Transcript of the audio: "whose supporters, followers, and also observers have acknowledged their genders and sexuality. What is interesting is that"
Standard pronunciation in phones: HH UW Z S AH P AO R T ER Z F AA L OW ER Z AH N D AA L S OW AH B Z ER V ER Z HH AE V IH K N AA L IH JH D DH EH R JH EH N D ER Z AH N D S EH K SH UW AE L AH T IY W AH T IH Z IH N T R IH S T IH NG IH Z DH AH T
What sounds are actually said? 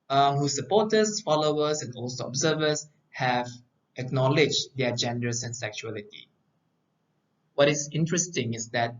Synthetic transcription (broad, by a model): HH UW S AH P AO T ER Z F AA L OW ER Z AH N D AA L S OW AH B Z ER V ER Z HH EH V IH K N AA L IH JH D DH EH JH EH N D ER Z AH N S EH K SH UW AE L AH T IY W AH T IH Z IH N T R IH S T IH NG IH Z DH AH T